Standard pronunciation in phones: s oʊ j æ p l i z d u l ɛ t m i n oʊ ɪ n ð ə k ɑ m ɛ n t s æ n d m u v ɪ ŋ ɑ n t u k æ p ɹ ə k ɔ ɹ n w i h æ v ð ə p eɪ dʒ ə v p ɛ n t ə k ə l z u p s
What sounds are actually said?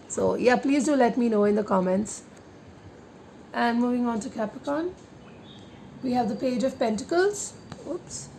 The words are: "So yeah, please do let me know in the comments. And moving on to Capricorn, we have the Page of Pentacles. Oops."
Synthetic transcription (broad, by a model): s oʊ j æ p l i z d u l ɛ t m i n oʊ ɪ n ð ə k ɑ m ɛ n t s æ n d m u v ɪ ŋ ɑ n t u k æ p ə k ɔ n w i h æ v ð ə p eɪ dʒ ə v p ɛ n t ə k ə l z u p s